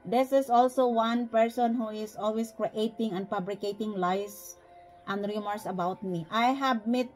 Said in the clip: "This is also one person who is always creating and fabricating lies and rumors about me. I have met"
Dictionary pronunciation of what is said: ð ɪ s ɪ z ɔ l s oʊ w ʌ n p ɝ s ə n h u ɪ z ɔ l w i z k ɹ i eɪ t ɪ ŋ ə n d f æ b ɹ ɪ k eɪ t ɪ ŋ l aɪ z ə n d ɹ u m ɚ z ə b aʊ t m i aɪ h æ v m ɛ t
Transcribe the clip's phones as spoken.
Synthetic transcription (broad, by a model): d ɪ s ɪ s ɔ l s oʊ w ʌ n p ɝ s ə n h u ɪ s ɔ l w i s k ɹ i eɪ t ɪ ŋ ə n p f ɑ b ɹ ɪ k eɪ t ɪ ŋ l aɪ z ə n d ɹ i m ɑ s ə b aʊ t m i aɪ h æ b m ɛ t